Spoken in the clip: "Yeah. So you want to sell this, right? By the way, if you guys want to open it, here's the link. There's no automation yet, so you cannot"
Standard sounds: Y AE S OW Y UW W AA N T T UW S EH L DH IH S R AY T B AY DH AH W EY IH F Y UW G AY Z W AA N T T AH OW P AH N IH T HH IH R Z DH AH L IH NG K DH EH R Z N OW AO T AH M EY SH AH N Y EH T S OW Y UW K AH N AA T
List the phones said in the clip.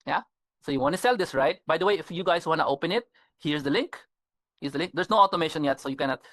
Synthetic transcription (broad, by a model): Y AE S OW Y UW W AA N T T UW S EH L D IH S R AY T B AY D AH W EY IH F Y UW G AY S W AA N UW T AH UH P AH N IH T HH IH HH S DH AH L IH NG K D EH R S N OW AO T AH M EY SH AH N Y EH T S OW Y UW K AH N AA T